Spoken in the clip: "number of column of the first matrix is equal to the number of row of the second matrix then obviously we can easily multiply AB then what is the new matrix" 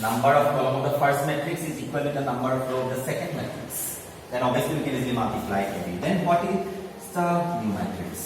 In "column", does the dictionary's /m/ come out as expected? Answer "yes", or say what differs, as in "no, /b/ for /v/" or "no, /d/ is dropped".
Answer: no, /m/ is dropped